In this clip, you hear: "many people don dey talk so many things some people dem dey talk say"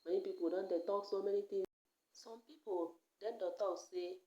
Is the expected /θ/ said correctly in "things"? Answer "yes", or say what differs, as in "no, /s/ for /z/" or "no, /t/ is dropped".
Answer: no, /t/ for /θ/